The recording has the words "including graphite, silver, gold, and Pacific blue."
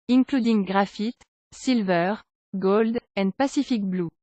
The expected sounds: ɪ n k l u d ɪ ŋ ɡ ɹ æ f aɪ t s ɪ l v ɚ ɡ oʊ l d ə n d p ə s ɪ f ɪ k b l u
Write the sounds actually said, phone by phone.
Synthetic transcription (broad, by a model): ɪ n k l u d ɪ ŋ ɡ ɹ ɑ f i t s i l v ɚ ɡ oʊ l d ə n d p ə s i f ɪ k b l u